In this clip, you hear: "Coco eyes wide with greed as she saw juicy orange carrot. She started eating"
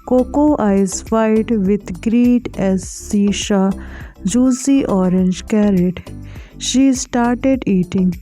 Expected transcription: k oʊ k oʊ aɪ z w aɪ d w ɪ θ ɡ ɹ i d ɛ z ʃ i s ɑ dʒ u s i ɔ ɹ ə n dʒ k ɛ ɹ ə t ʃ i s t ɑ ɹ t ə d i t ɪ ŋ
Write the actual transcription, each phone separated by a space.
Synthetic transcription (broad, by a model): k oʊ k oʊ aɪ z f aɪ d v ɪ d ɡ ɹ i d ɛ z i ʃ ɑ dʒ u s i ɔ ɹ ə n dʒ k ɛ ɹ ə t ʃ i s t ɑ ɹ t ə d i t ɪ ŋ